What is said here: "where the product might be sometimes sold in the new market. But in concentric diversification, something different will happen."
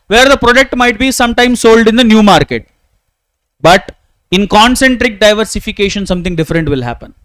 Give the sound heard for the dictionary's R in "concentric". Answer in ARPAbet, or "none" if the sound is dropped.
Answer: R